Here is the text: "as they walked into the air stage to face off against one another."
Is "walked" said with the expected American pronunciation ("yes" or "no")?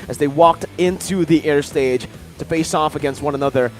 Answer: yes